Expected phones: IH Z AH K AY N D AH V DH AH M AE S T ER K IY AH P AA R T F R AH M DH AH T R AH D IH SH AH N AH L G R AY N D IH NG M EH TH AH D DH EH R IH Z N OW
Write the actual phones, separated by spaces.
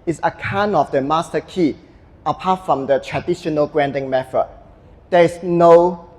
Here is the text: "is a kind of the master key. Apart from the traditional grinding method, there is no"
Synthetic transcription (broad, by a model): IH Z AH K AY N AH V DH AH M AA S T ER K IY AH P AA T F R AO M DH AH T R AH D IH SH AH N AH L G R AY N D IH NG M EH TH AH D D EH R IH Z N OW